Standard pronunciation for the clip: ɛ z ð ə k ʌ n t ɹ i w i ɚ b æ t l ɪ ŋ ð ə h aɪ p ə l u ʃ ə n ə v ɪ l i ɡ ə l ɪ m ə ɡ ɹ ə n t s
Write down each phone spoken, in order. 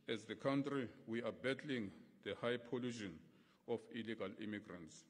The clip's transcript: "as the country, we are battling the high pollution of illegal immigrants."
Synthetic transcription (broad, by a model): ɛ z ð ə k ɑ n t ɹ i w i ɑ b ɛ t l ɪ ŋ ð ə h aɪ p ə l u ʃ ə n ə f ɪ l i ɡ ə l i m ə ɡ ɹ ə n t s